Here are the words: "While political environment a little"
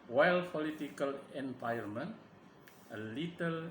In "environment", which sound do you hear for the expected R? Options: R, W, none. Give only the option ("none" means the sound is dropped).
none